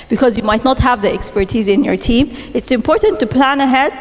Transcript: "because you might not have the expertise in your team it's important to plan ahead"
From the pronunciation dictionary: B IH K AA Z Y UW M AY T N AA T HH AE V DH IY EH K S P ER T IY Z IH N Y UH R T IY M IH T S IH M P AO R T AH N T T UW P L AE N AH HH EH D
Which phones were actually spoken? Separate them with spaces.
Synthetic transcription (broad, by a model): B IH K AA Z Y UW M AY T N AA T HH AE V DH IY EH K S P ER T IY Z IH N Y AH R T IY M IH T S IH M P AO R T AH N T T UW P L AE N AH HH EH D